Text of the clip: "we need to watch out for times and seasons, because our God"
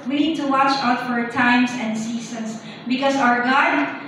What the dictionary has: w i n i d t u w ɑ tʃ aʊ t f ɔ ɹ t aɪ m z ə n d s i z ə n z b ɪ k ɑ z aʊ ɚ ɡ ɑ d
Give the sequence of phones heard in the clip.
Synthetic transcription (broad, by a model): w i n i d t u w ɑ tʃ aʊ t f ɔ ɹ t aɪ m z ə n d s i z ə n s b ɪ k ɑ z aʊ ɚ ɡ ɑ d